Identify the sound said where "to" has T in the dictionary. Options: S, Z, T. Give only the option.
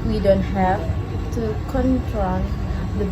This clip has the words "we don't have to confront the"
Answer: T